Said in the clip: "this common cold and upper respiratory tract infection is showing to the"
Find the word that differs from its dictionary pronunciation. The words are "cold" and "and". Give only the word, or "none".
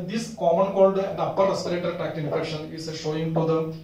none